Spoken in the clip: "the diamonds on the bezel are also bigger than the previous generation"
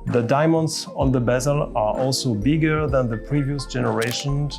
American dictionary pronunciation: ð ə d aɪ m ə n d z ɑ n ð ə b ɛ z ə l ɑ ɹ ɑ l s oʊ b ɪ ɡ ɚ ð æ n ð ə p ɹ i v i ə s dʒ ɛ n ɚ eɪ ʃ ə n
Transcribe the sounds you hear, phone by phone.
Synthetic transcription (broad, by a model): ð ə d aɪ m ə n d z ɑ n ð ə b ɛ z ə l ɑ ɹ ɑ l s oʊ b ɪ ɡ ɚ ð æ n ð ə p ɹ i v i ə s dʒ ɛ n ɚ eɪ ʃ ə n